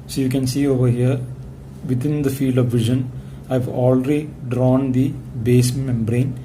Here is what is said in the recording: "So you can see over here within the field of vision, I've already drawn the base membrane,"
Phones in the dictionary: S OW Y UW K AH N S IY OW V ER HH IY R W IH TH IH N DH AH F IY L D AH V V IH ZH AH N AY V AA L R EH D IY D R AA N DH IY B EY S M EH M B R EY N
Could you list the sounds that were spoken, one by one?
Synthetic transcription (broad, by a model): S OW Y UW K AH N S IY OW V ER HH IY R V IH T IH N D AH F IY L D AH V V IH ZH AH N AY V AA L R EH D IY D R AA N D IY B EY S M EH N B R EY N